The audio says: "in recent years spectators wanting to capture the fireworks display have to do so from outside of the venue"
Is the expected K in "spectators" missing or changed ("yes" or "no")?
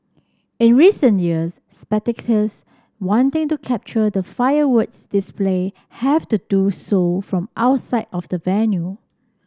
yes